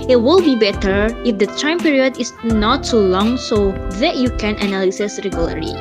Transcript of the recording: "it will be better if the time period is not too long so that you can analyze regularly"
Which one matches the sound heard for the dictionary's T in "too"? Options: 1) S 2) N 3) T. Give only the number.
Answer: 1